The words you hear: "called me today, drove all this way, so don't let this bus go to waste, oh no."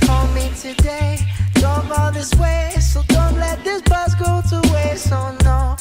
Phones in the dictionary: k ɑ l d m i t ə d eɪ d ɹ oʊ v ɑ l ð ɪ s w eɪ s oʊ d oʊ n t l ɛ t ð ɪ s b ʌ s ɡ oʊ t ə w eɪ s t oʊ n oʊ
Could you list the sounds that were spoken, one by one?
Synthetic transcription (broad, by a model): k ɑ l m i t ə d eɪ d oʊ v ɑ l ð ɪ s w eɪ s oʊ d oʊ n t l ɛ t ð ɪ s b ʌ s ɡ oʊ t ə w eɪ s oʊ n oʊ